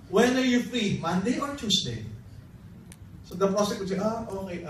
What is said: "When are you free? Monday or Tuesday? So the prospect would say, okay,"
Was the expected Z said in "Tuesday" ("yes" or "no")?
no